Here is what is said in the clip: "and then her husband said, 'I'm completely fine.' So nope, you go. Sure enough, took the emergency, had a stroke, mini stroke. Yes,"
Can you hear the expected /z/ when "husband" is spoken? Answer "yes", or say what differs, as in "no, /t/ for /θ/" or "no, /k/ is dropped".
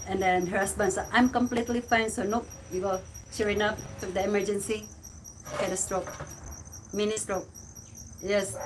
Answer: no, /s/ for /z/